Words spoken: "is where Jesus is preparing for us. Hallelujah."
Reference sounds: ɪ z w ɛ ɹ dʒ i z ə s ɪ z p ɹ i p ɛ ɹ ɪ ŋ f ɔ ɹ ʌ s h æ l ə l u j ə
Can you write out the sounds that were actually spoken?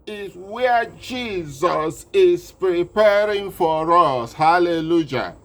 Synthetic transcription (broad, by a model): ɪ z w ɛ dʒ i z ə s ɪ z p ɹ i p ɛ ɹ ɪ ŋ f ɔ ɹ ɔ s h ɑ l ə l u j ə